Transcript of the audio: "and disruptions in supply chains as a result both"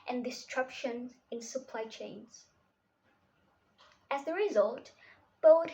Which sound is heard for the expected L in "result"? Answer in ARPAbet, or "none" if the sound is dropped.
L